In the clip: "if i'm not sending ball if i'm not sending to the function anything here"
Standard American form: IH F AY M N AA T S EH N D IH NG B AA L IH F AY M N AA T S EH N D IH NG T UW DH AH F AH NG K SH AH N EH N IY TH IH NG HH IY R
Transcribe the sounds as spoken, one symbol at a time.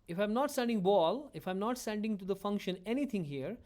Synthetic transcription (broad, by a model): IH F AY M N AA T S EH N D IH NG B AA L IH F AY M N AA T S EH N D IH NG T UW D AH F AH NG K SH AH N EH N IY T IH NG HH IY R